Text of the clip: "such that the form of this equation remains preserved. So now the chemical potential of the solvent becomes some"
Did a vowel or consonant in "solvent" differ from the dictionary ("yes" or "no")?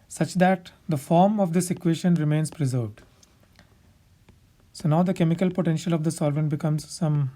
no